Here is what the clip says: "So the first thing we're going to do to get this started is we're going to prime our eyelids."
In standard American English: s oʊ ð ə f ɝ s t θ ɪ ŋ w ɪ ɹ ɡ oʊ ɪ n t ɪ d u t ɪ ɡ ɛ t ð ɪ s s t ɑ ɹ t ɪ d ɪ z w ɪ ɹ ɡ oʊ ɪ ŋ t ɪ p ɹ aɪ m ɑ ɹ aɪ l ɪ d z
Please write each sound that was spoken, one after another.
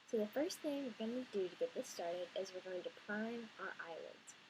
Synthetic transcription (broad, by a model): s oʊ ð ə f ɝ s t θ ɪ ŋ w ɪ ɹ ɡ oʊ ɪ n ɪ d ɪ t ɪ ɡ ɛ t ð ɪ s s t ɑ ɹ t ɪ d ɪ z w ɪ ɹ ɡ oʊ ɪ ŋ t ɪ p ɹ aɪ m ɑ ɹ aɪ l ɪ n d